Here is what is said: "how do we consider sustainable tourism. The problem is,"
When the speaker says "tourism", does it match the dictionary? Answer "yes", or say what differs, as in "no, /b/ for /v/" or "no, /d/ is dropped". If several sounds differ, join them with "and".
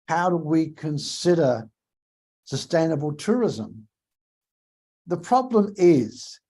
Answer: yes